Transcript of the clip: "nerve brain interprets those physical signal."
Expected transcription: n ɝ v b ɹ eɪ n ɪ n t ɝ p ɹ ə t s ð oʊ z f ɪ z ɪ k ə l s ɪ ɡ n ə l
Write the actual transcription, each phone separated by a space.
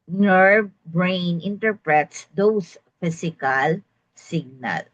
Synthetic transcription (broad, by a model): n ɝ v b ɹ eɪ n ɪ n t ɝ p ɹ ə t s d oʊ s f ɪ s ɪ k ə l s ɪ ɡ n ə l